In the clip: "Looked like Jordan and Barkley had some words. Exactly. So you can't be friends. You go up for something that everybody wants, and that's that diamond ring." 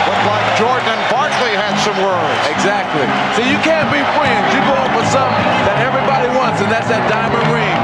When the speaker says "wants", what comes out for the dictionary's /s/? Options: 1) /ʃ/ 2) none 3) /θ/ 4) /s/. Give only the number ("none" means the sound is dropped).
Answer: 4